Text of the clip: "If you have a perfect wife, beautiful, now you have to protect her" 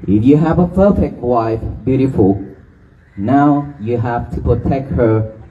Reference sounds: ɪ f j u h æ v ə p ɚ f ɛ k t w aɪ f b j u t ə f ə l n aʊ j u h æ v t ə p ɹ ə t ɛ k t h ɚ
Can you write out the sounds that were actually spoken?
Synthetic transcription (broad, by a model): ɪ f j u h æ v ə f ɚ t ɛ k w aɪ f b j u t ə f ə l n aʊ j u h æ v t ə p ɹ ə t ɛ k t h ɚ